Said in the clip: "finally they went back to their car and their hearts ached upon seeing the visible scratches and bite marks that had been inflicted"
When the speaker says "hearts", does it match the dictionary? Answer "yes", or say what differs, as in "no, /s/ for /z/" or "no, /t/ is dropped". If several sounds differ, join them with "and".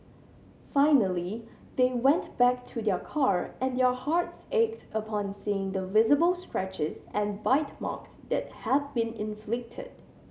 yes